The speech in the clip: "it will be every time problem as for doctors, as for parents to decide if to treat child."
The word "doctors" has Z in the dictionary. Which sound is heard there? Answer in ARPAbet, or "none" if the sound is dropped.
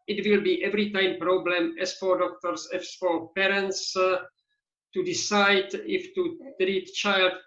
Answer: S